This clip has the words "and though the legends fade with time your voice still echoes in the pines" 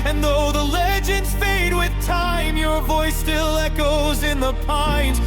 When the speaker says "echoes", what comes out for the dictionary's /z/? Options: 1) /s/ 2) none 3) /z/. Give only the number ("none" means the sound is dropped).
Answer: 3